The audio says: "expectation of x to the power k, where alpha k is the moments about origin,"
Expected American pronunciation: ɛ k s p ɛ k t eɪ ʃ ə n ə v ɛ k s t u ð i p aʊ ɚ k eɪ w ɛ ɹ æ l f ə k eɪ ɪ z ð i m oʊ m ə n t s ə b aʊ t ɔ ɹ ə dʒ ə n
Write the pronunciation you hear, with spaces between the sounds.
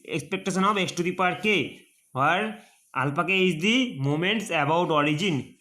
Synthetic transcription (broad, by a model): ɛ k s p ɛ k t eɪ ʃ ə n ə b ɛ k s t u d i p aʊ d k eɪ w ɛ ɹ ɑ l p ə k eɪ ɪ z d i m oʊ m ə n t s ə b aʊ t ɔ ɹ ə dʒ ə n